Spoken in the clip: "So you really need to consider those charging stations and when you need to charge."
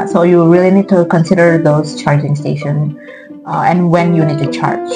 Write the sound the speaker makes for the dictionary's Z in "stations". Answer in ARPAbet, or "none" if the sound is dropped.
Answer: none